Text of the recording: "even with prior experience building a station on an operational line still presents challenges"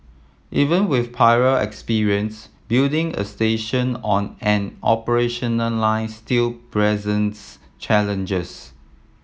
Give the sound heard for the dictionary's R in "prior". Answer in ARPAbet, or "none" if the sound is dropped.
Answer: none